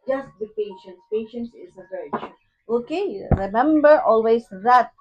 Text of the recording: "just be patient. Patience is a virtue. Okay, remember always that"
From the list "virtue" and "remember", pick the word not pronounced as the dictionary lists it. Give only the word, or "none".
virtue